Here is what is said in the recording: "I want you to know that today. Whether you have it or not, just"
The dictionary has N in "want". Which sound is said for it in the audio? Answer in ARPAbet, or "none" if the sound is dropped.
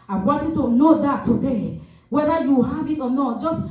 none